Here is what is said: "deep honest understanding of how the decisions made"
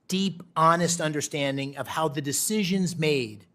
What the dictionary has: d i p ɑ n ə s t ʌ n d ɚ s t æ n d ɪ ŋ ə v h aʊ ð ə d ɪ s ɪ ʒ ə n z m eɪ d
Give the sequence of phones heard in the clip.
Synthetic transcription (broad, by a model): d i p ɑ n ə s t ʌ n d ɚ s t æ n d ɪ ŋ ə v h aʊ ð ə d ɪ s ɪ ʒ ə n z m eɪ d